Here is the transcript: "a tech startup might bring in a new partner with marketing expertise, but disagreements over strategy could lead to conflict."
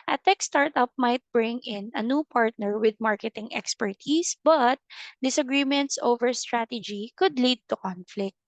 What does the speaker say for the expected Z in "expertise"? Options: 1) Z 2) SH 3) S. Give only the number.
3